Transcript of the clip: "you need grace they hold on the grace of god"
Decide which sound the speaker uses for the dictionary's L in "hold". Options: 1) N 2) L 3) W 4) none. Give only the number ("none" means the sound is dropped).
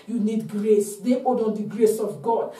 4